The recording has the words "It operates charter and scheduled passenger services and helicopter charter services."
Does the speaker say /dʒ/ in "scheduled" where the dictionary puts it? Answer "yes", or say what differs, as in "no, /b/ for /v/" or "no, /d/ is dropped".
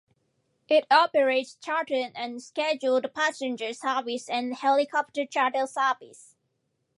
yes